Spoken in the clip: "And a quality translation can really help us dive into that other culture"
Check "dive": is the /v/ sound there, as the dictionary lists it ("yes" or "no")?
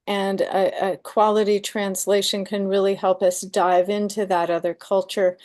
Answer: yes